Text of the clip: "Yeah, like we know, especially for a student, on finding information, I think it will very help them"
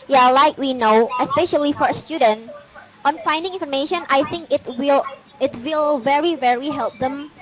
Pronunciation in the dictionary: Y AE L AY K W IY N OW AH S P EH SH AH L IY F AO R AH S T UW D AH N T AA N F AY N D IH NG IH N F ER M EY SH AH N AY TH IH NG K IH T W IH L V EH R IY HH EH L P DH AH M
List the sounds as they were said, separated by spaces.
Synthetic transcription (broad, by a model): Y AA L AY K W IY N OW AH S P EH SH AH L IY F AO R AH S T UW D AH N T AA N F AY N D IH NG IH N F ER M EY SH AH N AY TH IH NG K IH T W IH L V EH R IY HH EH L P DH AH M